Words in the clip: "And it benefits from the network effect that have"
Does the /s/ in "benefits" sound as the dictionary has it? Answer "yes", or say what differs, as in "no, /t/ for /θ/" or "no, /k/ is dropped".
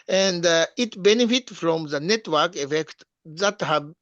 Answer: no, /s/ is dropped